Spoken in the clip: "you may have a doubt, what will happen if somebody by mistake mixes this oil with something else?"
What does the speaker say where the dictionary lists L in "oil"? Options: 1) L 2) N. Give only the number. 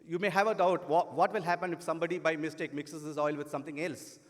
1